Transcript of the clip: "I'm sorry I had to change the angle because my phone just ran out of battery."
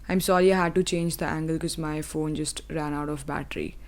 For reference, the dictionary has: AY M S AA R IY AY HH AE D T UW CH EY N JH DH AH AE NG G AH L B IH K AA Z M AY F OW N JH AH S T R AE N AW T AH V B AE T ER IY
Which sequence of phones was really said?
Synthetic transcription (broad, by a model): AY M S AA R IY AY HH AE D T UW CH EY N JH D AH AE NG G AH L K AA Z M AY F OW N JH AH S T R AE N AW T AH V B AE T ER IY